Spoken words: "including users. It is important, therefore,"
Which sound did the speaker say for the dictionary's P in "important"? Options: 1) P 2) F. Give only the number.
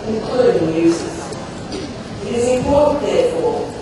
2